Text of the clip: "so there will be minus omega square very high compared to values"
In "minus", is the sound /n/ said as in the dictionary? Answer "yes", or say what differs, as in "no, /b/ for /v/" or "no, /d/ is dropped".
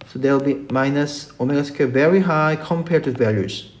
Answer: yes